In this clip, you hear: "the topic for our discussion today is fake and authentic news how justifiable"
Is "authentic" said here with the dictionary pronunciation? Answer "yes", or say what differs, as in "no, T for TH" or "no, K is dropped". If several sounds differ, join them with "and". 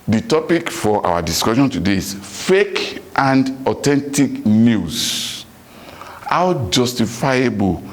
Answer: no, T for TH